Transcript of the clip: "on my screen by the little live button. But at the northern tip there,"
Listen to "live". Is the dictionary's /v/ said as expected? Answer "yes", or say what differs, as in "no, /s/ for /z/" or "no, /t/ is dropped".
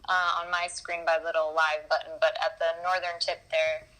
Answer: yes